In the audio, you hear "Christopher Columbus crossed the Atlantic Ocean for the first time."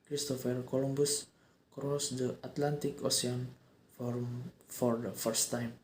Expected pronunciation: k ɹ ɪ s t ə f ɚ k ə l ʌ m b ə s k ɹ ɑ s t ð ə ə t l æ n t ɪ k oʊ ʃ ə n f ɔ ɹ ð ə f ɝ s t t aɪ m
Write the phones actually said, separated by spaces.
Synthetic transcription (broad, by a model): k ɹ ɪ s t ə f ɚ k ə l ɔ m b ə s k ɹ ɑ s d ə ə t l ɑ n t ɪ k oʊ s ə n f ɔ ɹ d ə f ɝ s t t aɪ m